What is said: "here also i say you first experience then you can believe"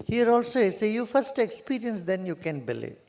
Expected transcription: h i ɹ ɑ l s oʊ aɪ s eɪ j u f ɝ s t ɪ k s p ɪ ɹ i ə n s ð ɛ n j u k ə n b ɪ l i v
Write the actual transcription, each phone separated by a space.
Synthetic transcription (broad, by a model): h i ɹ ɑ l s oʊ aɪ s eɪ j u f ɝ s t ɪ k s p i ɹ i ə n s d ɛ n j u k ə n b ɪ l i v